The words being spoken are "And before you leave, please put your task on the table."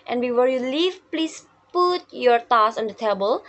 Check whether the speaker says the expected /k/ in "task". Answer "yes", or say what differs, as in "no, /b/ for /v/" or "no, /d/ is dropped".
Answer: no, /k/ is dropped